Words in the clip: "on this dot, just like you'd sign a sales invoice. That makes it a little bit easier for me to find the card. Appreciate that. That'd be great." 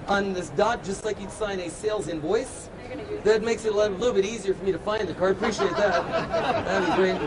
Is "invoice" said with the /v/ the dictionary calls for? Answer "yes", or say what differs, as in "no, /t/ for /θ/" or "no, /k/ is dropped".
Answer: yes